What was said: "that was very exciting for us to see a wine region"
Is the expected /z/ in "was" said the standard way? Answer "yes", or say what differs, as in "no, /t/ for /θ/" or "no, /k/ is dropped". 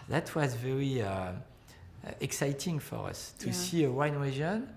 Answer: yes